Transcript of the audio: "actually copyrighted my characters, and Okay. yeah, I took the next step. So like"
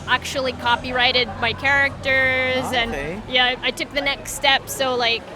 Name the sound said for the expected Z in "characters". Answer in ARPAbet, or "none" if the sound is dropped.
Z